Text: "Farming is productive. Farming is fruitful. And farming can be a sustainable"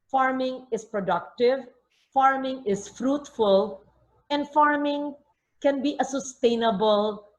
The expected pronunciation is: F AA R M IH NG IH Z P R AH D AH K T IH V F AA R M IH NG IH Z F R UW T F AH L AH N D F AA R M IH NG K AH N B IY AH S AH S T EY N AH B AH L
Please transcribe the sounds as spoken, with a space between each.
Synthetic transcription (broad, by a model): F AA R M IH NG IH S P R AH D AH K T IH V F AA R M IH NG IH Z F R UW T F AH L AH N D F AA R M IH NG K AH N B IY AH S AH S T EY N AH B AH L